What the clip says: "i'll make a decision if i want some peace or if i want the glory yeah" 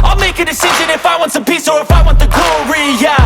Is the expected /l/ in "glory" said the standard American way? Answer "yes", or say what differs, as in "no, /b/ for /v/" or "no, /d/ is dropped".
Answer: no, /l/ is dropped